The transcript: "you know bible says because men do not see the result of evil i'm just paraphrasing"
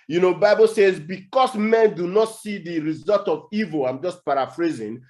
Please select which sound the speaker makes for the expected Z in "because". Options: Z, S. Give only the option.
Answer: S